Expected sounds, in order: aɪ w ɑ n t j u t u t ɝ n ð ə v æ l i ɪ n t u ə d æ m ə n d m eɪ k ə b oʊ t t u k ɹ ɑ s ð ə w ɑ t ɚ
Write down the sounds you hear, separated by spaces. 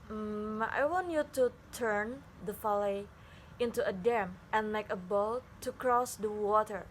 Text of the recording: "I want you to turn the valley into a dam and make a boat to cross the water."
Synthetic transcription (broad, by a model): aɪ w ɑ n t j u t u t ɝ n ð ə f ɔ l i ɪ n t u ə d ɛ m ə n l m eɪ k ə b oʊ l t u k ɹ ɑ s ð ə w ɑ t ɚ